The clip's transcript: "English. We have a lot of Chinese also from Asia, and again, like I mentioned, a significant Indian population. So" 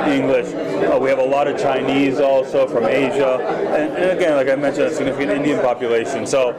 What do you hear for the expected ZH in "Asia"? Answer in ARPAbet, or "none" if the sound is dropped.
ZH